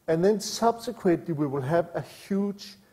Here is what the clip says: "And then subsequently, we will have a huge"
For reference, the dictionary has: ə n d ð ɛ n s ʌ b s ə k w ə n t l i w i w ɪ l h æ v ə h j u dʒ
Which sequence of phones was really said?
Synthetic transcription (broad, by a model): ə n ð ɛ n s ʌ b s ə k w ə t l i w i w ɪ l h æ v ə h j u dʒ